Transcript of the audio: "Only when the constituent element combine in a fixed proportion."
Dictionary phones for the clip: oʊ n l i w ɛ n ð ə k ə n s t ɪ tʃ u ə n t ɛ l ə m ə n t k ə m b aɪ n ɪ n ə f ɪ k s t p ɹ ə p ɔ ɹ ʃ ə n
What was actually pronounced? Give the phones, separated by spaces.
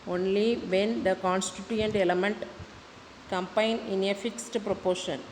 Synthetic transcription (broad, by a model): oʊ n l i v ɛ n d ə k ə n s t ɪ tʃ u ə n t ɛ l ə m ə n t k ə m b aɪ n ɪ n ə f ɪ k s t p ɹ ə p ɔ ɹ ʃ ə n